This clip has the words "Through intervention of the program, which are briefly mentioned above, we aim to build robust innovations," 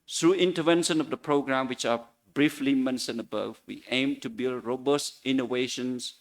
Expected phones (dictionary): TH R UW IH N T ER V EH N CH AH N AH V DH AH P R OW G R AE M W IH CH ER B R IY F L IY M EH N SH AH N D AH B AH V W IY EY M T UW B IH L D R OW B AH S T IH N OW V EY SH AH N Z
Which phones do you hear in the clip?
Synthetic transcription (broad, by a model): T R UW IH N T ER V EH N SH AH N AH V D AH P R OW G R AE M W IH CH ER B R IY F L IY M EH N S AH N AH B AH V W IY EY M T UW B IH L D R OW B AH S T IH N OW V EY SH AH N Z